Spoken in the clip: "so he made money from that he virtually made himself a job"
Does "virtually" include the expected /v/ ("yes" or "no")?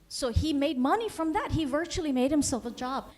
yes